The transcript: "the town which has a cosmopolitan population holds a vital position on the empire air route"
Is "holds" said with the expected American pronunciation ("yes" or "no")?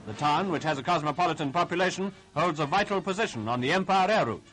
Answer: yes